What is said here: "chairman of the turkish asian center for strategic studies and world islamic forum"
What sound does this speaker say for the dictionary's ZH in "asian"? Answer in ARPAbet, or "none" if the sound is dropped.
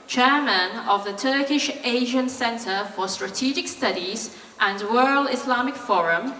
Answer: ZH